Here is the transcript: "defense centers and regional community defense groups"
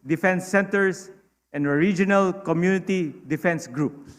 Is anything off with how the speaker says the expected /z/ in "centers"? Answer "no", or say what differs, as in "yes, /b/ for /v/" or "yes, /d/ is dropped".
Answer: yes, /s/ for /z/